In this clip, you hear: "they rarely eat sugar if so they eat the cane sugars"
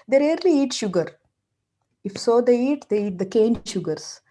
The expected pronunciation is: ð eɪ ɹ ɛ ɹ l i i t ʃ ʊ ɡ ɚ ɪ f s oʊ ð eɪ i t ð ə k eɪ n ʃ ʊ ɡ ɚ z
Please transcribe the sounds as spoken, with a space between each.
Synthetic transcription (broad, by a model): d eɪ ɹ ɛ ɹ l i i t ʃ ʊ ɡ ɚ ɪ f s oʊ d eɪ i t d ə k eɪ n ʃ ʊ ɡ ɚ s